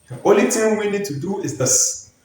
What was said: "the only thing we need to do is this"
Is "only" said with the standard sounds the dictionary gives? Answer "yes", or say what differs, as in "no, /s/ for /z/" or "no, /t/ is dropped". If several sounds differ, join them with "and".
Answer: no, /n/ is dropped